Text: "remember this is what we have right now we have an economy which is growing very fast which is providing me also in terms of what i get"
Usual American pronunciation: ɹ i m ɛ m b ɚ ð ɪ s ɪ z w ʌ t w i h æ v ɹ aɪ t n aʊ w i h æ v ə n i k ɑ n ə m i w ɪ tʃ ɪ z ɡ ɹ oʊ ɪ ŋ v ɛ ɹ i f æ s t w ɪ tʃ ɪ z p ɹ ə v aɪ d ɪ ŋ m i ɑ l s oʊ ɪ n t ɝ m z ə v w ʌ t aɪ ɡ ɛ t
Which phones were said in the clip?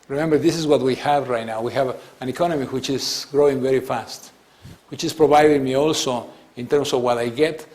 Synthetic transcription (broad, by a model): ɹ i m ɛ m b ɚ ð ɪ s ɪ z w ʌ t w i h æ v ɹ aɪ t n aʊ w i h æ v ə n i k ɑ n ə m i w ɪ tʃ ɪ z ɡ ɹ oʊ ɪ ŋ v ɛ ɹ i f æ s t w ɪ tʃ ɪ s p ɹ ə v aɪ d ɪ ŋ m i ɑ l s oʊ ɪ n t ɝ m s ə v w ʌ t aɪ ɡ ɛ t